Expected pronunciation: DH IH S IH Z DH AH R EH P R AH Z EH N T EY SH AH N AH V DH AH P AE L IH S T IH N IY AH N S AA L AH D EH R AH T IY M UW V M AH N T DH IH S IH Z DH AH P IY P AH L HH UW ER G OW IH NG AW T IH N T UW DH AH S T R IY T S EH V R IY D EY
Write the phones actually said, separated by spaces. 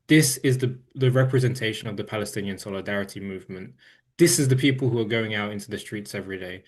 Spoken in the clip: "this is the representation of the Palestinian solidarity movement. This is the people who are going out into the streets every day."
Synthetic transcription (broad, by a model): DH IH S IH Z DH AH R EH P R AH Z EH N T EY SH AH N AH V DH AH P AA L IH S T IH N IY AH N S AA L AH D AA R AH T IY M UW V M AH N T DH IH S IH Z DH AH P IY P AH L HH UW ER G OW IH NG AW T IH N T UW DH AH S T R IY T S EH V R IY D EY